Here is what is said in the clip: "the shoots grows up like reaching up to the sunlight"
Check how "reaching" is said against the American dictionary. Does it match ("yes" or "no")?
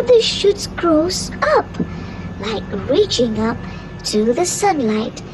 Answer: yes